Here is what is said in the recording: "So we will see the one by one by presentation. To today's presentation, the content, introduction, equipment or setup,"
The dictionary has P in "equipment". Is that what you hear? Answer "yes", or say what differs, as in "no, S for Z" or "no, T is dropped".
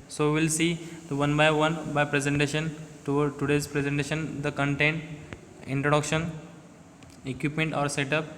yes